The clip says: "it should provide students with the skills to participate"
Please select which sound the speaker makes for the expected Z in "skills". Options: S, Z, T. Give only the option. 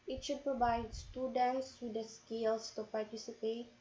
S